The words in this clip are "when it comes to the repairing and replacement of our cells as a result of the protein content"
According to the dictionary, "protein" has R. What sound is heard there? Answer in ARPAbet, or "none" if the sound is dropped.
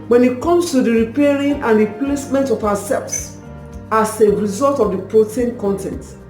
R